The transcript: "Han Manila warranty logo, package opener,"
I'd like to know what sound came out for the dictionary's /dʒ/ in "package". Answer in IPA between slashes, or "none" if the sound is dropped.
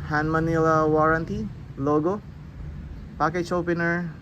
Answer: /tʃ/